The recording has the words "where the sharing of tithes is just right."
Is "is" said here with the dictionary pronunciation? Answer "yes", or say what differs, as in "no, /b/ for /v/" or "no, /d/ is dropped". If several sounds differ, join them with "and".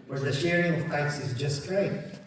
yes